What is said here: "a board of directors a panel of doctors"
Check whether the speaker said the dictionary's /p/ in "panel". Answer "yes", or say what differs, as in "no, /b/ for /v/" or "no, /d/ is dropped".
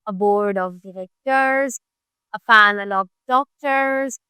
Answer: no, /f/ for /p/